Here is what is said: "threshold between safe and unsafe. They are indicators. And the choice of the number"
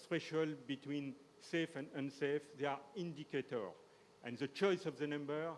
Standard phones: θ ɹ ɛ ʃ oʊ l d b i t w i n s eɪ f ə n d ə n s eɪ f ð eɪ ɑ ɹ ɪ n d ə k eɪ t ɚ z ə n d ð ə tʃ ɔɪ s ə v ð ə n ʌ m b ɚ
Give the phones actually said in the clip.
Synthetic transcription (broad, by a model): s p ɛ ʃ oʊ l b i t w i n s eɪ f ə n d ə n s eɪ f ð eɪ ɑ ɹ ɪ n d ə k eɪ t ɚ ə n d ð ə tʃ ɔɪ s ə v ð ə n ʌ m b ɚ